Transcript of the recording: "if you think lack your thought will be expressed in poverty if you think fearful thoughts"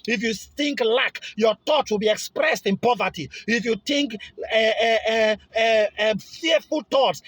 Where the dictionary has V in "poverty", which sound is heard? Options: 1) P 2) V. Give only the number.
2